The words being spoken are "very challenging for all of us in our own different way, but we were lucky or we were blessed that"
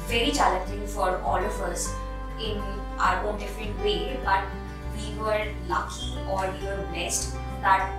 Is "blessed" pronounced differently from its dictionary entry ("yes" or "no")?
yes